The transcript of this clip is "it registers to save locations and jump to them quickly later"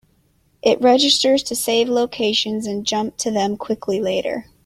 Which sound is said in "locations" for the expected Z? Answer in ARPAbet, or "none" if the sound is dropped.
Z